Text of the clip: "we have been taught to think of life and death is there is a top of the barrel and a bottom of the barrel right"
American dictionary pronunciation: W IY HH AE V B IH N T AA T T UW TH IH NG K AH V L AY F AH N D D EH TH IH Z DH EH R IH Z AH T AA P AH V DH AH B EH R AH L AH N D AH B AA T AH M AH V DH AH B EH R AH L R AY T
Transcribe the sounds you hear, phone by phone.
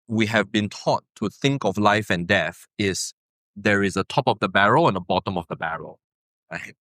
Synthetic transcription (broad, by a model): W IY HH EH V B IH N T AA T T UW TH IH NG K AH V L AY F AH N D D EH TH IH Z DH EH R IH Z AH T AA P AH V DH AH B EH R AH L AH N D AH B AA T AH M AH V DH AH B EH R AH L R AY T